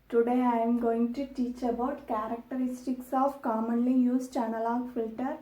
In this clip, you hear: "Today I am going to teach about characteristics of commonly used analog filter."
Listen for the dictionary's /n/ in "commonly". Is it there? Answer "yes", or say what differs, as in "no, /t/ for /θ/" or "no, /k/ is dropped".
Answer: yes